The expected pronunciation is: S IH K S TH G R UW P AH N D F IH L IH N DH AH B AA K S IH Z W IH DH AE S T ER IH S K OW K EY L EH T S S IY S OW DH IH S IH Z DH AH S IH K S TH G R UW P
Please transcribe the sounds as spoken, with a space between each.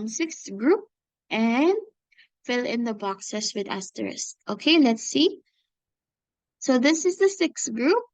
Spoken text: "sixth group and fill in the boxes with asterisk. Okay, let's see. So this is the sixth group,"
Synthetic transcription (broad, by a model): S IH K S G R UW P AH N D F IH L IH N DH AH B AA K S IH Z W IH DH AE S T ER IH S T OW K EY L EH T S S IY S OW DH IH S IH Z DH AH S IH K S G R UW P